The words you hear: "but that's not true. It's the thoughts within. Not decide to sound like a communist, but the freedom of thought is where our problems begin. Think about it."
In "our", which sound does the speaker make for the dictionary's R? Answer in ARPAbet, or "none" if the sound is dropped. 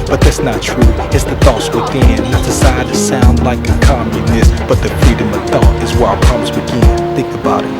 L